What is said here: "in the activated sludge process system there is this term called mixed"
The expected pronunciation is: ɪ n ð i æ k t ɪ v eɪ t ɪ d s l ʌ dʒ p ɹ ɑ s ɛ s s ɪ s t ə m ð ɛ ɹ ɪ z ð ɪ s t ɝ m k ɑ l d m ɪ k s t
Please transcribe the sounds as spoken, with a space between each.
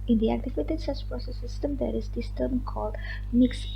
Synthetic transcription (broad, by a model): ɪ n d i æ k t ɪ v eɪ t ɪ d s ʌ tʃ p ɹ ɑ s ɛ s s ɪ s t ə m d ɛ ɹ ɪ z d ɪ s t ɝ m k ɑ l d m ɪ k s